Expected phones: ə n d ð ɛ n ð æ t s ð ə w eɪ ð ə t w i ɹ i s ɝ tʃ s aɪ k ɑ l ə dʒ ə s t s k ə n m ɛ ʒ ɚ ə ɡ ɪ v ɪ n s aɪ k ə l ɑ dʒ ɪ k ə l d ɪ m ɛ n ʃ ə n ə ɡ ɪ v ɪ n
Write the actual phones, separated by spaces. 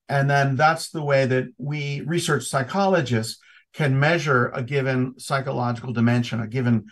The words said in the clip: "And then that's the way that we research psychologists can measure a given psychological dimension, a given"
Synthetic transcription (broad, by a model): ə n ð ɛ n ð æ t s ð ə w eɪ ð ə t w i ɹ i s ɝ tʃ s aɪ k ɑ l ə dʒ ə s s k ə n m ɛ ʒ ɚ ə ɡ ɪ v ɪ n s aɪ k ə l ɑ dʒ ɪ k l d ɪ m ɛ n ʃ ə n ə ɡ ɪ v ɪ n